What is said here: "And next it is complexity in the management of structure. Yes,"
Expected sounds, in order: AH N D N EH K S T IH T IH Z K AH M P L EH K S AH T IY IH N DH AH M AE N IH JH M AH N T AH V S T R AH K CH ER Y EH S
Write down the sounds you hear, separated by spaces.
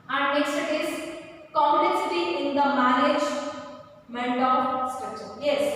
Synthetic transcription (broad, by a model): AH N D N EH K S T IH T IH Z K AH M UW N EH S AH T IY IH N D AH M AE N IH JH M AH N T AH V S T AH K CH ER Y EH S